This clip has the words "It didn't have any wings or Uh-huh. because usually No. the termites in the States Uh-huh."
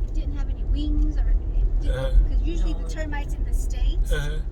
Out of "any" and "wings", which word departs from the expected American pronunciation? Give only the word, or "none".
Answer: none